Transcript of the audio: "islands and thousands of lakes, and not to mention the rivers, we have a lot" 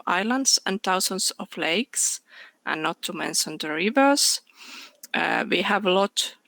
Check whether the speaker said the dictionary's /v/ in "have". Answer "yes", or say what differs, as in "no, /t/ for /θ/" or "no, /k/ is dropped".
yes